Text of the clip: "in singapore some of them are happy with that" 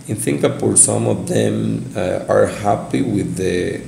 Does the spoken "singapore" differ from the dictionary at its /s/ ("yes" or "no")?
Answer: yes